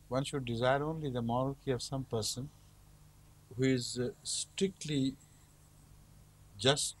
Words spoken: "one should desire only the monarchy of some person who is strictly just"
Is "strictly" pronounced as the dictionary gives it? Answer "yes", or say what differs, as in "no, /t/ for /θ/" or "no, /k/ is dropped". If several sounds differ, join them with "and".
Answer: yes